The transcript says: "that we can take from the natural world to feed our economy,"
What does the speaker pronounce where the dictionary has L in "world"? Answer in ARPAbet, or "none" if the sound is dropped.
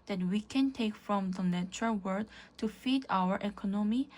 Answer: none